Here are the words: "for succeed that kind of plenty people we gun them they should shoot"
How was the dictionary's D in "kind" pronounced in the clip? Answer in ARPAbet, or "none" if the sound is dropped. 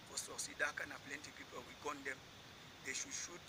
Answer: none